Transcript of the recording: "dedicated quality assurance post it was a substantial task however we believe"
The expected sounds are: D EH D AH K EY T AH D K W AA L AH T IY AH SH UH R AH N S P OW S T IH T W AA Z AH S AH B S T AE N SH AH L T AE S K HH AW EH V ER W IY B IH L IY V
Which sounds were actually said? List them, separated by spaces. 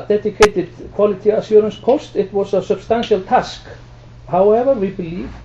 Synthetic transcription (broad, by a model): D EH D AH K EY T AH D K W AA L AH T IY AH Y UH R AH N S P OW S T IH T W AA S AH S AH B S T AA N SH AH L T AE S K HH AW EH V ER W IY B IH L IY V